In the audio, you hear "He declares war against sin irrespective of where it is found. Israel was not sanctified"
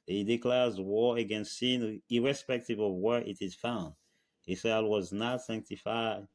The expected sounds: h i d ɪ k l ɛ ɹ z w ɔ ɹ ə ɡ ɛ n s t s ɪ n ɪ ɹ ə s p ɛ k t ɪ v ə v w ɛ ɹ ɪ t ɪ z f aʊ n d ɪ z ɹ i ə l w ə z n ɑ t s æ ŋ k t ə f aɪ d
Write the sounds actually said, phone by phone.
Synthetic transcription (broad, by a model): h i d ɪ k l ɛ ɹ z w ɔ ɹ ə ɡ ɛ n s t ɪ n ɪ ɹ ə s p ɛ k t ɪ v ə v w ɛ ɹ ɪ t ɪ z f aʊ n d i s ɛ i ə w ə z n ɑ t s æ ŋ k t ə f aɪ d